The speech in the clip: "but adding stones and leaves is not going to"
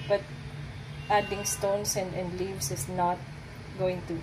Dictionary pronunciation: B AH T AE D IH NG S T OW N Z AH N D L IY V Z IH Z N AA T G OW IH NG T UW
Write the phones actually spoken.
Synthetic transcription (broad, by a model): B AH T AE D IH NG S T OW N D AH N D L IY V S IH S N AA T G OW IH NG T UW